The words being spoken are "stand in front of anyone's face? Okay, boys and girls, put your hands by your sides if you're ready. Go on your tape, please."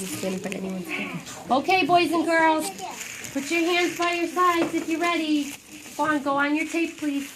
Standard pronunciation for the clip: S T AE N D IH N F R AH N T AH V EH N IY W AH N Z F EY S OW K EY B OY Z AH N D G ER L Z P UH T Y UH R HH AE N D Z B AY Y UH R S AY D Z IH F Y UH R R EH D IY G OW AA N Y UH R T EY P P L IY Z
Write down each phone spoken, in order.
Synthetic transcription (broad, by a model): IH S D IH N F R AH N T EH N IY W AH N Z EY OW K EY B OY Z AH N G ER L Z P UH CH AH R HH AE N D Z B AY Y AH R S AY D Z IH F Y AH R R EH D IY G OW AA N Y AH R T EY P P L IY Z